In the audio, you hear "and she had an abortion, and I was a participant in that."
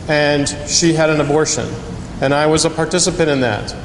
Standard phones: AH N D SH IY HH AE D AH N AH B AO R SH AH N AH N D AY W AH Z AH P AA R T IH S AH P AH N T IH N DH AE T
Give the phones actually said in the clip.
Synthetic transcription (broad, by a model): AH N SH IY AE D AH N AH B AO R SH AH N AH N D AY W AH Z AH P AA R T IH S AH P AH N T IH N DH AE T